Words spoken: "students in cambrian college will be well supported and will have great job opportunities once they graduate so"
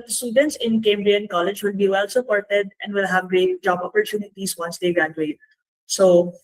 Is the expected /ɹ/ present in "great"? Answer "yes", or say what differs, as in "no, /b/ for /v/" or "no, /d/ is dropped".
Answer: yes